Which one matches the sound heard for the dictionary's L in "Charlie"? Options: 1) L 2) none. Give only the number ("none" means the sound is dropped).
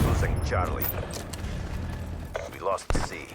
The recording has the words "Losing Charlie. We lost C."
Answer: 1